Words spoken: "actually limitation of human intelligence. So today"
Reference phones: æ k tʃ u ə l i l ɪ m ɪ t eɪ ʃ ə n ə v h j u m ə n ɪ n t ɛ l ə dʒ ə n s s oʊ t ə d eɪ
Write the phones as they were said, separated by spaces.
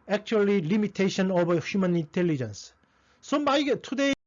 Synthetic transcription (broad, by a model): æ k tʃ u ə l i l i m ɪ t eɪ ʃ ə n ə b h j u m ə n ɪ n t ɛ l ə dʒ ə n s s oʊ t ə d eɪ